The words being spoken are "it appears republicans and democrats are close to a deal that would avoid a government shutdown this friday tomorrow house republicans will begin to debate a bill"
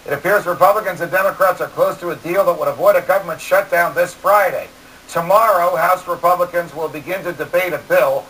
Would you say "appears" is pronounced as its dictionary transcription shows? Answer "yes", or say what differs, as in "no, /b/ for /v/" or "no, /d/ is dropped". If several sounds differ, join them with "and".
yes